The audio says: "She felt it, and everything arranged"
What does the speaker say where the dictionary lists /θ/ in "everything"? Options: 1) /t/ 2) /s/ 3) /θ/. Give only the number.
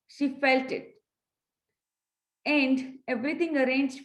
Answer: 1